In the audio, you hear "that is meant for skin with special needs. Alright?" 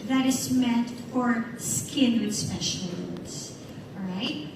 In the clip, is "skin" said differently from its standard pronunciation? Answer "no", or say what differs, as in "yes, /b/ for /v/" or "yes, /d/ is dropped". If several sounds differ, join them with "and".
no